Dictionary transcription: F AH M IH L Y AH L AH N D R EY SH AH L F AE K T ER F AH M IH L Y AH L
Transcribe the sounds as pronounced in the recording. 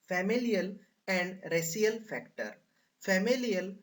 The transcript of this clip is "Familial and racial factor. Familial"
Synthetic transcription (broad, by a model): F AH M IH L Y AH L AH N D R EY S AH L F AE K T ER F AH M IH L Y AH L